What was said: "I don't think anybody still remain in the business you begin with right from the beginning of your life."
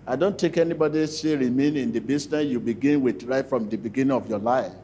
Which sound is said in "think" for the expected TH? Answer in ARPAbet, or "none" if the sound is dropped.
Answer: T